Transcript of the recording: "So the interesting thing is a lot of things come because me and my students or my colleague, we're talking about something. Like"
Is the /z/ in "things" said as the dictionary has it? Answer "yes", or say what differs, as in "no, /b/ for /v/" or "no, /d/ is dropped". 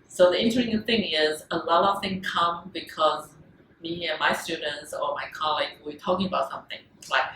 no, /z/ is dropped